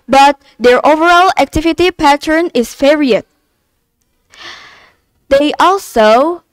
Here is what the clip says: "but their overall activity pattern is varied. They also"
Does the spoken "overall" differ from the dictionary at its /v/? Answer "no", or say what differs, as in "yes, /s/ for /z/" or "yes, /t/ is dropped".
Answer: no